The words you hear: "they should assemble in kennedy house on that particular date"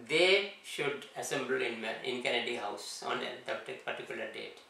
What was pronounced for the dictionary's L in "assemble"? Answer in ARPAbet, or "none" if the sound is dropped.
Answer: N